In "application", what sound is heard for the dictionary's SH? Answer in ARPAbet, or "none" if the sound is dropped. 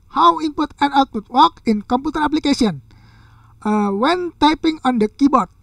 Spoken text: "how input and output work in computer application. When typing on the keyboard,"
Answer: S